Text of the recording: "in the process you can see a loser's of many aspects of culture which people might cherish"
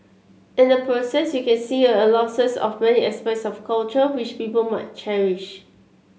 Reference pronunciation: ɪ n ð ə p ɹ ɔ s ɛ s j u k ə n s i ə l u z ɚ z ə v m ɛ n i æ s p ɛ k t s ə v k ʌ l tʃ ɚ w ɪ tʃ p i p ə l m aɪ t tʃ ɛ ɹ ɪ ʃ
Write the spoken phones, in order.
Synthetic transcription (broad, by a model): ɪ n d ə p ɹ ɔ s ɛ s j u k ə n s i ə l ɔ s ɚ s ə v m ɛ n i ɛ s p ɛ t s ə f k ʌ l tʃ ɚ w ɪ tʃ p i p ə l m aɪ t tʃ ɛ ɹ ɪ ʃ